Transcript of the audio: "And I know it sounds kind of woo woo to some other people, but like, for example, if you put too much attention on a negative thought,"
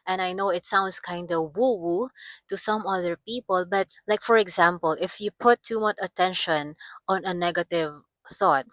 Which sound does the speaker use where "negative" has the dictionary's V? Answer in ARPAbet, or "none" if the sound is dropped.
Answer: V